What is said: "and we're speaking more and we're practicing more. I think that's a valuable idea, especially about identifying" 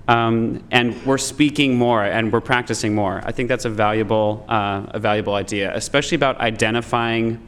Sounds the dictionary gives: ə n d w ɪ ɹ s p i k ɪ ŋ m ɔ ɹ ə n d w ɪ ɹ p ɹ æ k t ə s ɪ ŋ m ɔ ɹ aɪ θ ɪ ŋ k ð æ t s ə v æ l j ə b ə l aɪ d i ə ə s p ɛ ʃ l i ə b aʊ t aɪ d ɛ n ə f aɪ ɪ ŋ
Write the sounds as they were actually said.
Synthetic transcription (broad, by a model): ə n w ɪ ɹ s p i k ɪ ŋ m ɔ ɹ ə n w ɪ ɹ p ɹ æ k t ə s ɪ ŋ m ɔ ɹ aɪ θ ɪ ŋ k ð æ t s ə v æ l j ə b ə l aɪ d i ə ə s p ɛ ʃ l i ə b aʊ t aɪ d ɛ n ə f aɪ ɪ ŋ